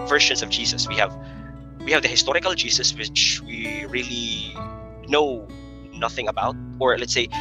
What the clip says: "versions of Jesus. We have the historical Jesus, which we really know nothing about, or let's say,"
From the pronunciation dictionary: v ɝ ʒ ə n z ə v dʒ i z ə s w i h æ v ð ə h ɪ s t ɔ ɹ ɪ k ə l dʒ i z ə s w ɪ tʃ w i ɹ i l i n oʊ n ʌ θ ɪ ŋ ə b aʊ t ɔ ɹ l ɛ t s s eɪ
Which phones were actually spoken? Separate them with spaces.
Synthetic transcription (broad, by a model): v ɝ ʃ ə n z ə v dʒ i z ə s w i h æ v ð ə h ɪ s t ɔ ɹ ɪ k ə l dʒ i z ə s w ɪ tʃ w i ɹ i l i n oʊ n ʌ θ ɪ ŋ ə b aʊ t ɔ ɹ l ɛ t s s eɪ